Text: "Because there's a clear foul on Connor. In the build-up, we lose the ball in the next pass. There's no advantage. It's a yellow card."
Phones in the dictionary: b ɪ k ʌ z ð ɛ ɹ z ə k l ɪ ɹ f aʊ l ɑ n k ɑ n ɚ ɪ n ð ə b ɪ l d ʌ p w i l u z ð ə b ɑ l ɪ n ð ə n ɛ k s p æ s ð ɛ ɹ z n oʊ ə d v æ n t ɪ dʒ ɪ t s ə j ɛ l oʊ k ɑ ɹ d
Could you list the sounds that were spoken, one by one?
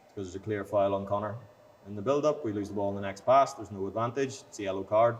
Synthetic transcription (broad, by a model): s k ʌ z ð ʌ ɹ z ə k l ɪ ɹ f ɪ l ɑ n k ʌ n ɚ ɪ n ð ə b ɪ l d ʌ p w i l u z ð ə b ɑ l ɪ n ð ə n ɛ k s p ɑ s ð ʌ ɹ z n oʊ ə d v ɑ n t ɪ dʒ s ə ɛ l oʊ k ɑ ɹ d